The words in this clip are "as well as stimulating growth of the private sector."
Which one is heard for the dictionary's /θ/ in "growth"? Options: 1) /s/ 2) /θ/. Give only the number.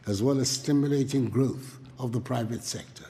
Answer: 2